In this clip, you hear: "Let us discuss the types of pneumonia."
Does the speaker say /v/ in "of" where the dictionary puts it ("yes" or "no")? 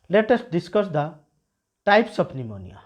no